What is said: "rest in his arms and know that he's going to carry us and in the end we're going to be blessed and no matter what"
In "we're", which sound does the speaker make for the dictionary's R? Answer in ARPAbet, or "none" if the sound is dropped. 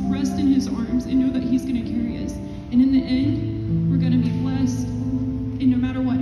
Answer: R